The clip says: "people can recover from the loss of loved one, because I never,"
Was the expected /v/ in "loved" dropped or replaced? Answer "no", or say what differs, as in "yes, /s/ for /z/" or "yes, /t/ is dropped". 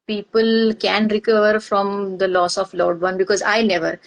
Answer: yes, /v/ is dropped